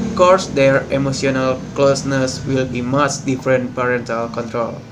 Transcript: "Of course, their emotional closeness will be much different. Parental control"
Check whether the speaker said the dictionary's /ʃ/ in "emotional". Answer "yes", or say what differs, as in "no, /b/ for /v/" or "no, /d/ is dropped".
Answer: no, /s/ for /ʃ/